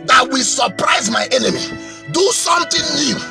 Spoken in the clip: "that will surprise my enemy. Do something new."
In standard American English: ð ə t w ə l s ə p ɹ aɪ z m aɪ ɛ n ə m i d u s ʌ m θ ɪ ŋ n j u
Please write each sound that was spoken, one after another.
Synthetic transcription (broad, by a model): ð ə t w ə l s ə p ɹ aɪ z m aɪ ɛ n ə m i d u s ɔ m t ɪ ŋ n j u